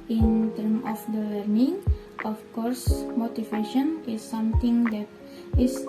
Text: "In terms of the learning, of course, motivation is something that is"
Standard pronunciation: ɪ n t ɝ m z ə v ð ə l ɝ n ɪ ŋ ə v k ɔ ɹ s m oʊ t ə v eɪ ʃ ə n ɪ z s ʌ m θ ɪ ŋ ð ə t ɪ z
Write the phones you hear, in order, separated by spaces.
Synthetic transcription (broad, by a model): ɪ n t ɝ m ə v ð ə l ɝ n ɪ ŋ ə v k ɔ ɹ s m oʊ t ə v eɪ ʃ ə n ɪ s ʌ m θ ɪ ŋ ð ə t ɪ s